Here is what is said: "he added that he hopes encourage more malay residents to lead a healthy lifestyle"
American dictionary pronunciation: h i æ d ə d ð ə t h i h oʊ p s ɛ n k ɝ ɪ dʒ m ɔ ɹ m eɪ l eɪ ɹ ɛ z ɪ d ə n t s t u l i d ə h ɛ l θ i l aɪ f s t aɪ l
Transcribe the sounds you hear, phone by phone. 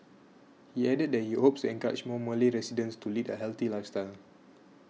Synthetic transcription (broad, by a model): h i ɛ d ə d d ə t h i h oʊ p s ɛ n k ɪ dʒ m ɔ m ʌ l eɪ ɹ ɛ s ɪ d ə n s t u l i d ə h ɛ l t i l aɪ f s t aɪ l